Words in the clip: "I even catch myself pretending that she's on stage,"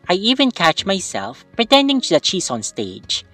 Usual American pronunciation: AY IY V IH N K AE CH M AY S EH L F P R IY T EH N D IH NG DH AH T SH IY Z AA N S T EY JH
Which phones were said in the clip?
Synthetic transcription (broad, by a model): AY IY V IH N K AE CH M AY S EH L F P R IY T EH N D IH NG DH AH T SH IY S AA N S T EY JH